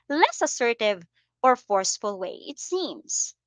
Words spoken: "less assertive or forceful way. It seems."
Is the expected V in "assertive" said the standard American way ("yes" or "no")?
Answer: yes